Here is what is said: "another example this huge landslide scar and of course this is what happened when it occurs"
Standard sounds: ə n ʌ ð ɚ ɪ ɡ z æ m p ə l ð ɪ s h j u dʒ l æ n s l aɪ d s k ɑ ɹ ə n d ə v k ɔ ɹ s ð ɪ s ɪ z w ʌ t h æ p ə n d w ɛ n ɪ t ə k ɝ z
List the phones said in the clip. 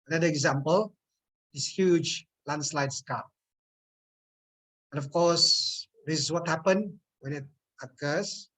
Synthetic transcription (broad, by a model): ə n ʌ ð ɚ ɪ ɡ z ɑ m p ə l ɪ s h j u dʒ l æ n s l aɪ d s k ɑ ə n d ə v k ɔ s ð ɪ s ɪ s w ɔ t h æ p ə n w ɛ n ɪ t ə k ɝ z